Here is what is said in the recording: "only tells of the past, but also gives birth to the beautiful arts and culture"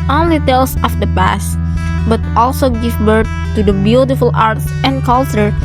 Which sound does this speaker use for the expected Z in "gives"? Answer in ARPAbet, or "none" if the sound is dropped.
none